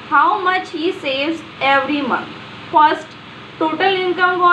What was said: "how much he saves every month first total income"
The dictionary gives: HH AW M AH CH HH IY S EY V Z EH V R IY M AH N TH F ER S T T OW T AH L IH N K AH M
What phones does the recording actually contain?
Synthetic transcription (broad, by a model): HH AW M AH CH HH IY S EY Z EH V R IY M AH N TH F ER S T T OW T AH L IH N K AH M